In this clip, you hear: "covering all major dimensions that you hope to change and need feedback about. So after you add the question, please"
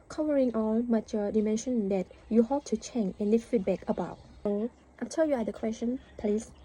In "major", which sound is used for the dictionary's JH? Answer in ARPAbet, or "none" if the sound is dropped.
CH